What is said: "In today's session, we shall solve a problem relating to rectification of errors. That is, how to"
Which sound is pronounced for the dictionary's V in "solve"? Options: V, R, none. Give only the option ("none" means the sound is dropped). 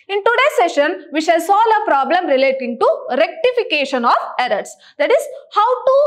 none